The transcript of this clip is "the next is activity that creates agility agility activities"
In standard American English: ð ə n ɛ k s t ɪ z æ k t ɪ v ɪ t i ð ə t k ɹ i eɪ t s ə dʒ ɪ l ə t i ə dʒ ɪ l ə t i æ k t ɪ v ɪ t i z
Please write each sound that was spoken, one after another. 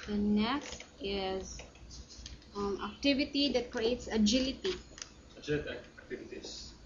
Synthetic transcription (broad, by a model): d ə n ɛ k s t ɪ z æ k t ɪ v ɪ t i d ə t k ɹ i eɪ t s ə dʒ ɪ l ə t i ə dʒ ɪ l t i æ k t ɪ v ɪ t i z